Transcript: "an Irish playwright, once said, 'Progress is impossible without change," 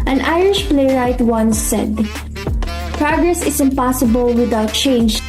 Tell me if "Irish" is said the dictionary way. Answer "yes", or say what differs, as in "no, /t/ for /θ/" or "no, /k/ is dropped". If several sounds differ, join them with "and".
yes